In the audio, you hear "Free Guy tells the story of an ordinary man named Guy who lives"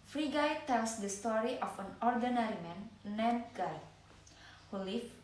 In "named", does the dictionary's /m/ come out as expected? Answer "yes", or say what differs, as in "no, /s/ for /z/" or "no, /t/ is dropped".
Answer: no, /m/ is dropped